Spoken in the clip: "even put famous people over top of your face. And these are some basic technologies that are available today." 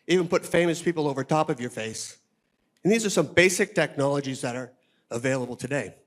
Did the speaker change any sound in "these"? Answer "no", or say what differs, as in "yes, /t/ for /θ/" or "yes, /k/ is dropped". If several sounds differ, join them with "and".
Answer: no